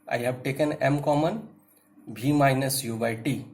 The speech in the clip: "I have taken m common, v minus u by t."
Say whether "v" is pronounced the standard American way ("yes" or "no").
no